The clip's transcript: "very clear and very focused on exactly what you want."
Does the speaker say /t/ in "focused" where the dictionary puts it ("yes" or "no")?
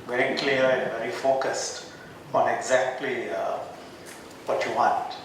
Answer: yes